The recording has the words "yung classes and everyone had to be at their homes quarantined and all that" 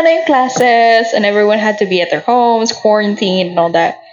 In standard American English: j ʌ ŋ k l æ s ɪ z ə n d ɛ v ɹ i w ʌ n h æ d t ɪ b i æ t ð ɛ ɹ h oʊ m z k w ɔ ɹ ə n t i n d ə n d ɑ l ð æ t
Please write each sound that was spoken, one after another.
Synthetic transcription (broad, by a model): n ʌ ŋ k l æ s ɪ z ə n ɛ v ɹ i w ʌ n h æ d t ɪ b i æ t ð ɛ ɹ h oʊ m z k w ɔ ɹ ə n t i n ə n ɑ l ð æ t